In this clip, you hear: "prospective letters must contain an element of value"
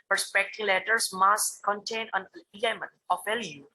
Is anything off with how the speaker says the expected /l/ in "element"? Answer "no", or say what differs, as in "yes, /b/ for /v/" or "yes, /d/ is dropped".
yes, /l/ is dropped